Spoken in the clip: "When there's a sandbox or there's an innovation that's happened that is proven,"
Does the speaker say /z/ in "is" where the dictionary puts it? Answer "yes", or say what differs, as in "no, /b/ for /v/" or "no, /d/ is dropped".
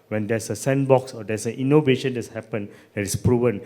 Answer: no, /s/ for /z/